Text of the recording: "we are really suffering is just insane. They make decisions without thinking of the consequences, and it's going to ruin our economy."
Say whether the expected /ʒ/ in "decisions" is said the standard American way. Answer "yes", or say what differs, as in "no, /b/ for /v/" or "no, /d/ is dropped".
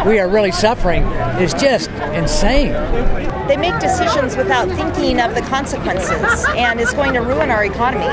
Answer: yes